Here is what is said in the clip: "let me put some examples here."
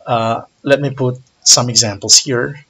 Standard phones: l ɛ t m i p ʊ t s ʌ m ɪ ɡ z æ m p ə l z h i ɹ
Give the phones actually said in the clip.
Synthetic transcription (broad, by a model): l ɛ t m i p ʊ t s ʌ m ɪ ɡ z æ m p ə l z h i ɹ